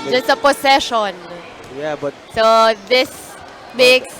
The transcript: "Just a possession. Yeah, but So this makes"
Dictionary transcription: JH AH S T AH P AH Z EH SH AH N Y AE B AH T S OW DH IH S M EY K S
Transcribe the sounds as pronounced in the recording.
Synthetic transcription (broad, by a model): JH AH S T AH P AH S EH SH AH N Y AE B AH T S OW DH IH S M EY K S